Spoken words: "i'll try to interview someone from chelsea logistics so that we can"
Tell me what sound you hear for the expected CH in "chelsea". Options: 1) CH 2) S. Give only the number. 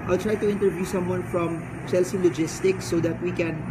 2